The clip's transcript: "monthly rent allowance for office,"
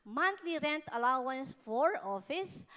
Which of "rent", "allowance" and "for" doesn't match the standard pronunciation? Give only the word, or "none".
none